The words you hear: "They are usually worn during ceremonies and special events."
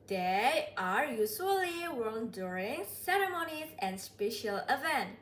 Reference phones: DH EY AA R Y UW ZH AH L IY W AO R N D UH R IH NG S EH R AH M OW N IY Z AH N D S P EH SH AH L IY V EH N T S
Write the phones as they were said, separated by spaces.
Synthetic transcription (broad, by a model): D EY AA R Y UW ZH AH L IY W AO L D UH R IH NG S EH R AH M OW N IY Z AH N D S P EH SH AH L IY V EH N T